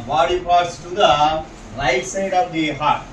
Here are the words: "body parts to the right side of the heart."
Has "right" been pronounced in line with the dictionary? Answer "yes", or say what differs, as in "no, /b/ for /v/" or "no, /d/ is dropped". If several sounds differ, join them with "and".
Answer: no, /l/ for /ɹ/